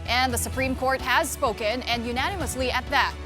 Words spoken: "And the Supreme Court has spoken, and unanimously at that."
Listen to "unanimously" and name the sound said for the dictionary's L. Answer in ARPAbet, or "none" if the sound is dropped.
L